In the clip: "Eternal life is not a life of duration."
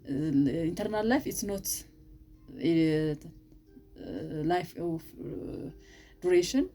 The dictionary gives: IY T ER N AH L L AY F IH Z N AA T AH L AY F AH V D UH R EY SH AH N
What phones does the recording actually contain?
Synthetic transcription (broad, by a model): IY T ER N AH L L AY F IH S N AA T L AY F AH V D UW R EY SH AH N